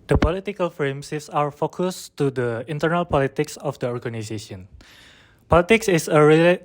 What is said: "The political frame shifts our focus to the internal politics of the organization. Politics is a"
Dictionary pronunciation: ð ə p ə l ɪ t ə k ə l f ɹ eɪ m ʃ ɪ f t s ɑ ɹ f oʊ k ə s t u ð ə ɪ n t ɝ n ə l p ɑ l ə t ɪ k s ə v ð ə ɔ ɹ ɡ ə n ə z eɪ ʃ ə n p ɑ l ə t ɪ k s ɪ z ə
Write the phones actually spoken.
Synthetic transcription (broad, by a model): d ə p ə l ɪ t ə k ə l f ɹ eɪ m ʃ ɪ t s ɑ ɹ f oʊ k ə s t u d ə ɪ n t ɝ n ə l p ɑ l ə t ɪ k s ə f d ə ɔ ɹ ɡ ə n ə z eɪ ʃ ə n p ɑ l ə t ɪ k s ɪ s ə